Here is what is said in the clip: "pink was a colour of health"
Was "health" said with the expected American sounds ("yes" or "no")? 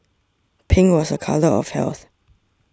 yes